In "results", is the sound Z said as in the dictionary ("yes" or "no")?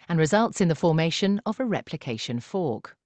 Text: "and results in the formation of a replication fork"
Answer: yes